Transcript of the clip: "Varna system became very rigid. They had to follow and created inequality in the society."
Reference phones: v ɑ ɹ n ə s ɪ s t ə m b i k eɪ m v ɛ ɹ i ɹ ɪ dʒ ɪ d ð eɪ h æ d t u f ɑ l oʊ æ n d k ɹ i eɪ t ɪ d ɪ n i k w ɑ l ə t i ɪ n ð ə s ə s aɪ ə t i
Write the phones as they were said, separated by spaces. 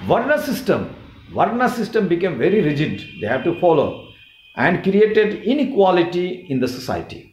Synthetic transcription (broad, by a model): v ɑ ɹ n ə s ɪ s t ə m b i k eɪ m v ɛ ɹ i ɹ ɪ dʒ ɪ d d eɪ h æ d t u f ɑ l oʊ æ n d k ɹ i eɪ t ɪ d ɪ n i k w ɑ l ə t i ɪ n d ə s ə s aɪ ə t i